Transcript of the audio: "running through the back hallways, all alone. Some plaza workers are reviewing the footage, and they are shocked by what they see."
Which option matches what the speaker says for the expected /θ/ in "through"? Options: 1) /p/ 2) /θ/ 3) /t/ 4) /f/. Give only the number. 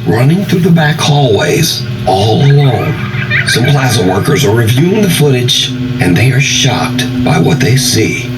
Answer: 2